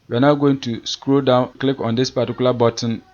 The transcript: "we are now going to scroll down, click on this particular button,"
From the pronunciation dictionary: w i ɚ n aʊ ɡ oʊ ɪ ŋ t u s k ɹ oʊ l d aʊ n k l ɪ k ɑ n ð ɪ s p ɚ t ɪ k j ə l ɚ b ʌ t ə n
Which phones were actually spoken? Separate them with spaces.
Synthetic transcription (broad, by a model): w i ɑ n aʊ ɡ oʊ ɪ ŋ t u s k ɹ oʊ d aʊ n k l ɪ k ɑ n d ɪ s p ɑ t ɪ k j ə l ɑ b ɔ t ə n